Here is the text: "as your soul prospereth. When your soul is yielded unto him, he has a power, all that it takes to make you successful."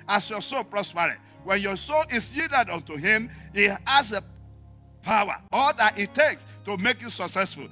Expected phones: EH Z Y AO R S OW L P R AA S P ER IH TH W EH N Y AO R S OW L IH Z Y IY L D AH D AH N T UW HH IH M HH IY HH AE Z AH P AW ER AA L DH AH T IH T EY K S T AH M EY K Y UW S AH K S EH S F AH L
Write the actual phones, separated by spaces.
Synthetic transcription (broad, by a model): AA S Y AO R S OW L P R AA S P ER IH T W EH N Y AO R S OW L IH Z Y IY D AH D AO N T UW HH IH M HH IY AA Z AH P AW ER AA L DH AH T IH T EY K S T AH M EY K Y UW S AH K S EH S F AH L